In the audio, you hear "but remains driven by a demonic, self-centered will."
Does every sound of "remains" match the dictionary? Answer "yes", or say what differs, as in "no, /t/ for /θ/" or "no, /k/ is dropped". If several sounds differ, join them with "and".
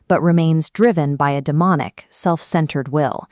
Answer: yes